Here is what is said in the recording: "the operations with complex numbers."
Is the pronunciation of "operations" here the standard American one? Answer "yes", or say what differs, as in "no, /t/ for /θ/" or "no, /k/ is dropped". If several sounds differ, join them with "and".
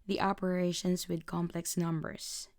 no, /s/ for /z/